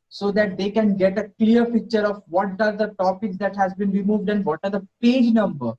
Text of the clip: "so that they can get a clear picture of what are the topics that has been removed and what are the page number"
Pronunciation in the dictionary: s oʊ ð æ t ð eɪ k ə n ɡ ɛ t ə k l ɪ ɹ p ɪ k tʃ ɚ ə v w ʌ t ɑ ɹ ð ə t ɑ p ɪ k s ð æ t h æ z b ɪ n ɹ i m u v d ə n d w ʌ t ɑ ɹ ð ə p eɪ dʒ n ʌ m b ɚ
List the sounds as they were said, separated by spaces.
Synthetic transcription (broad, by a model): s oʊ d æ t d eɪ k ə n ɡ ɛ t ə k l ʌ ɹ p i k tʃ ɚ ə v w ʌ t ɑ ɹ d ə t ɑ p ɪ k s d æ t h æ z b ɪ n ɹ i m u v d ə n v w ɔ t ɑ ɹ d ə p eɪ dʒ n ʌ m b ɚ